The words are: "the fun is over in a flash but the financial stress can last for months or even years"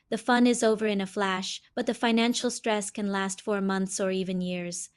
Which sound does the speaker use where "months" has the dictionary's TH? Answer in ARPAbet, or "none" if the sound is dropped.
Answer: TH